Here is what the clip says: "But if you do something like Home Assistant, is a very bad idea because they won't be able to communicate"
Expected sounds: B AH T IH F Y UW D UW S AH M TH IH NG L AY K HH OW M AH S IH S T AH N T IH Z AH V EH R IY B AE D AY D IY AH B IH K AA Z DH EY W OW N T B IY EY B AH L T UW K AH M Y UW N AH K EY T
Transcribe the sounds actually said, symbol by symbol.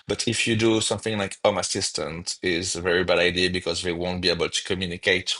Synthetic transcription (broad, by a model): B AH T IH F Y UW D UW S AH M TH IH NG L AY K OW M AH S IH S T AH N T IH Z AH V EH R IY B AE D AY D IY AH B IH K AA Z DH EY W OW N T B IY EY B AH L T UW K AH M Y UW N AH K EY T